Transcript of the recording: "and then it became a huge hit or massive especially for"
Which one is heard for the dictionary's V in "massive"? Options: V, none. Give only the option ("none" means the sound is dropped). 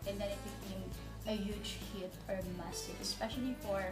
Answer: none